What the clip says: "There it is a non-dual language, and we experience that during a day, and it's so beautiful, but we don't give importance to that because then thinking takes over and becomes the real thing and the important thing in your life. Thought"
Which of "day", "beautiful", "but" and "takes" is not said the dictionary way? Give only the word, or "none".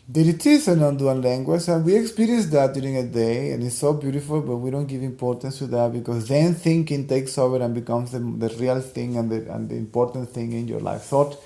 none